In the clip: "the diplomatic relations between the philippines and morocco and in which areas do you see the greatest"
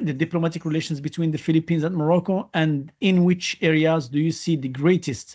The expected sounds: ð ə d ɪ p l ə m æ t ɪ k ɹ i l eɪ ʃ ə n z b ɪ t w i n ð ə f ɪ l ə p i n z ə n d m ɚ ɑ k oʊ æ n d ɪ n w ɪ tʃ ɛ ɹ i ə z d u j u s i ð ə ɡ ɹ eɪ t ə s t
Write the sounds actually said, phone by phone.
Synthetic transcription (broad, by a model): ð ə d ɪ p l ə m æ t ɪ k ɹ i l eɪ ʃ ə n z b ɪ t w i n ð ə f ɪ l ə p i n z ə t m ɚ ɑ k oʊ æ n d ɪ n w ɪ tʃ ɛ ɹ i ə z d u j u s i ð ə ɡ ɹ eɪ t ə s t